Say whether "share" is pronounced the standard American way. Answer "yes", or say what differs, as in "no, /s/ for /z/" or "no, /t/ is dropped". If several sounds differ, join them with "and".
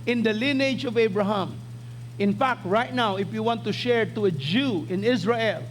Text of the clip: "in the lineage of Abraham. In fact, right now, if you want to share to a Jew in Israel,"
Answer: yes